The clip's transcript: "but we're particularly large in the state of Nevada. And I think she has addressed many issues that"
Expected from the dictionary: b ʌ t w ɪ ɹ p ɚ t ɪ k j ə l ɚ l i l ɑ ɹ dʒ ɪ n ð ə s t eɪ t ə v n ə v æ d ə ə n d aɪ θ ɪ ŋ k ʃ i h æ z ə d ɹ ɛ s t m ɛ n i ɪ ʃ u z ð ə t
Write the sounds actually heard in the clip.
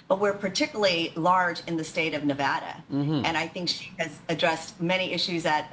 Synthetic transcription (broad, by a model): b ʌ t w ɪ ɹ p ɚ t ɪ k j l l i l ɑ ɹ dʒ ɪ n ð ə s t eɪ t ə v n ə v æ d ə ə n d aɪ θ ɪ ŋ k ʃ i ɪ z ə d ɹ ɛ s t m ɛ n i ɪ ʃ u z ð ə t